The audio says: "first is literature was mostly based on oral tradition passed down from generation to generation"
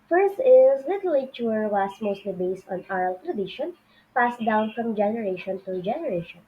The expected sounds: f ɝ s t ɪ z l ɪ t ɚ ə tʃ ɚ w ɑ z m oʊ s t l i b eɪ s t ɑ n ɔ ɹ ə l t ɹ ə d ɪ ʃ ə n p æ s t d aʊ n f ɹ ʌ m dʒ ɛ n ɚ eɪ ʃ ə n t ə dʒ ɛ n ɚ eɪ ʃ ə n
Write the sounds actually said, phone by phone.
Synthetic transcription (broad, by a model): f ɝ s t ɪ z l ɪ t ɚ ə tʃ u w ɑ s m oʊ s t l i b eɪ s t ɑ n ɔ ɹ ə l t ɹ ə d ɪ ʃ ə n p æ s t d aʊ n f ɹ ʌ m dʒ ɛ n ɚ eɪ ʃ ə n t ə dʒ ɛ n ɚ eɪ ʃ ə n